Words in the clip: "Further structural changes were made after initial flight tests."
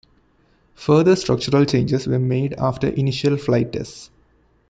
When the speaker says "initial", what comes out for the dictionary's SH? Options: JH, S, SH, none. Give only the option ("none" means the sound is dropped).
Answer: SH